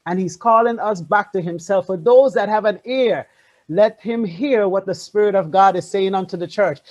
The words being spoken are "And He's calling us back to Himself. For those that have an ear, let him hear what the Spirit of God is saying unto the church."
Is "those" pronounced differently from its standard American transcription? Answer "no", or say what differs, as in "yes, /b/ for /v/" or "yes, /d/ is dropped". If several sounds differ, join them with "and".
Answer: no